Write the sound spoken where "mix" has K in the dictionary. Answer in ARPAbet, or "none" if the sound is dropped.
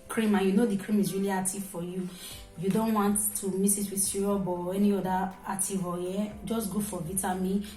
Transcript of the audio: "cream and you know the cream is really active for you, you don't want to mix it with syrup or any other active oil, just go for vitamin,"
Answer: none